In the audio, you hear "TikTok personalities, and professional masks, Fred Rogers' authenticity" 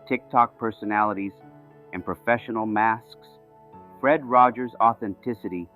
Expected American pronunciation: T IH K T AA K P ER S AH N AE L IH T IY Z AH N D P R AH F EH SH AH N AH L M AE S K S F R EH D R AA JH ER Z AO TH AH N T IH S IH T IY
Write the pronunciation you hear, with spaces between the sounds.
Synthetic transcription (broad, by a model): T IH K T AA K P ER S AH N AE L IH T IY Z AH N P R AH F EH SH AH N L M AE S K S F R EH D R AA JH ER Z AO TH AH N T IH S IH T IY